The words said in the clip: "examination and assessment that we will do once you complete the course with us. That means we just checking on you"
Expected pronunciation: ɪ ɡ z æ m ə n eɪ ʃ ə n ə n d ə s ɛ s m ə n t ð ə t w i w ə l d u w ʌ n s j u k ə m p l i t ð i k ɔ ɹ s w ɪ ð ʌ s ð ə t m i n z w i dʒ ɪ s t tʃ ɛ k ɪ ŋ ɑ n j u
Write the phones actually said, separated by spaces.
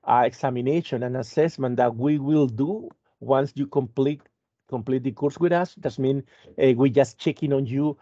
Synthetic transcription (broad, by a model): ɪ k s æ m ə n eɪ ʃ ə n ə n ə s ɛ s m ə n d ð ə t w i w ə l d u w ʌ n s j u k ə m p l i t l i k ɔ ɹ s w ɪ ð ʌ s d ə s m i n w i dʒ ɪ s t tʃ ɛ k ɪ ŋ ɑ n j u